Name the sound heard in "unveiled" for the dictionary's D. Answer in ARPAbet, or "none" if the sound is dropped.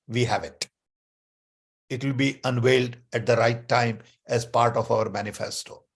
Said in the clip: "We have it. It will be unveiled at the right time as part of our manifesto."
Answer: D